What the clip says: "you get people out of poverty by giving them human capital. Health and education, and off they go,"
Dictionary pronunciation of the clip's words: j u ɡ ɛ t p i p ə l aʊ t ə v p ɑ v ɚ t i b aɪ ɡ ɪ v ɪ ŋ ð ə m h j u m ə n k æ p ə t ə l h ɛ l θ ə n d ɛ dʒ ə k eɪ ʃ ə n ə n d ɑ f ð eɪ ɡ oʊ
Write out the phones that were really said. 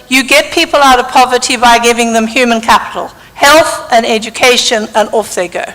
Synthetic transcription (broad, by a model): j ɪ ɡ ɛ t p i p ə l aʊ t ə v p ɑ v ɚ t i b aɪ ɡ ɪ v ɪ ŋ ð ə m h j u m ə n k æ p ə t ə l h ɛ l θ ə n ɛ dʒ ə k eɪ ʃ ə n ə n ɑ f ð eɪ ɡ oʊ